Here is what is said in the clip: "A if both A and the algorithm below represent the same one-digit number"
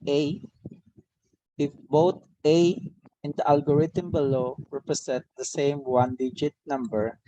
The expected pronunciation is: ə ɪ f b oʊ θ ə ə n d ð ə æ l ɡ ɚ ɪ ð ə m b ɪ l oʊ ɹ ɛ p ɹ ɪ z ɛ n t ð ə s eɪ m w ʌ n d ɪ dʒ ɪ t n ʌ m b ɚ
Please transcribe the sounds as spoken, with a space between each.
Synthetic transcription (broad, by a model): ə ɪ f b oʊ t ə ə n d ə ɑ l ɡ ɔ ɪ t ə m b ɪ l oʊ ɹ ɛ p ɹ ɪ s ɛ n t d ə s eɪ m w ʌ n d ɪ dʒ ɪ t n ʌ m b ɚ